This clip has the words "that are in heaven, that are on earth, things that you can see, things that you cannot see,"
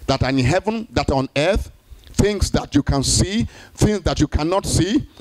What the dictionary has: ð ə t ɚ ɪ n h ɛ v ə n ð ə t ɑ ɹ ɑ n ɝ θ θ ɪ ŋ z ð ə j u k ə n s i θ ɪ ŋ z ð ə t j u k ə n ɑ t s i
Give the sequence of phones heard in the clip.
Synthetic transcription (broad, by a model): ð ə t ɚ ɪ n h ɛ v ə n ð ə t ɑ ɹ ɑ n ɝ θ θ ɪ ŋ s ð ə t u k ə n s i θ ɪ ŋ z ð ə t j u k ə n ɑ t s i